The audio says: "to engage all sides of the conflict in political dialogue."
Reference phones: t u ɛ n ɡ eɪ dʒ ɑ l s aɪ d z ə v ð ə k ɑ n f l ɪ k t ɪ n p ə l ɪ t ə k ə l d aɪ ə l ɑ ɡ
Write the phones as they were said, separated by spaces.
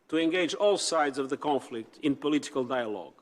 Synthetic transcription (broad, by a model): t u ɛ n ɡ eɪ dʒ ɑ l s aɪ d z ə v ð ə k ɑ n f l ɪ k t ɪ n p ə l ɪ t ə k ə l d aɪ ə l ɑ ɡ